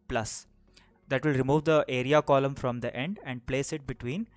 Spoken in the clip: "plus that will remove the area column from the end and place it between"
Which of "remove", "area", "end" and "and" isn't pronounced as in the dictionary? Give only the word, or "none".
none